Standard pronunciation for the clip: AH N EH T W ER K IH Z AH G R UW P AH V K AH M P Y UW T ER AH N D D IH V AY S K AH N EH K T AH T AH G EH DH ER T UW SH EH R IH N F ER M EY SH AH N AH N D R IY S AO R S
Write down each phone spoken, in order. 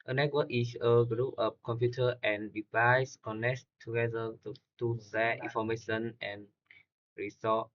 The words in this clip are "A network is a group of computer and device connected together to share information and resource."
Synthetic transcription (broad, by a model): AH N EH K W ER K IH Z AH G R UW P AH P K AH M P Y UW T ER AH N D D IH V AY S K AH N EH K T AH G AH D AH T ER T UW S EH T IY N F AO M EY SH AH N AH N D R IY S AO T